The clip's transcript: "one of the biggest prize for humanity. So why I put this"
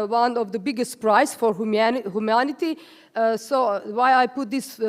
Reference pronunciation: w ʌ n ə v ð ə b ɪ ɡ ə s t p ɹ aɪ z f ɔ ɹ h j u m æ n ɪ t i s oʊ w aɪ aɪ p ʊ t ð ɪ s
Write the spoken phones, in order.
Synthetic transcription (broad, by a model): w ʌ n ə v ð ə b ɪ ɡ ə s t p ɹ aɪ s f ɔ ɹ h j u m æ n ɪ t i s oʊ w aɪ aɪ p ʊ t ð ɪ s